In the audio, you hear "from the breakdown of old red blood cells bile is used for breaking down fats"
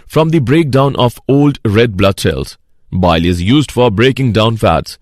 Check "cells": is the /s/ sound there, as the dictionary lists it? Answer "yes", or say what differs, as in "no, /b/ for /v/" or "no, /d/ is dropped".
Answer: no, /ʃ/ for /s/